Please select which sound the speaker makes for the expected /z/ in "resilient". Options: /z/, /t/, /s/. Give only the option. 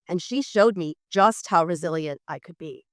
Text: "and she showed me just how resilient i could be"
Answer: /z/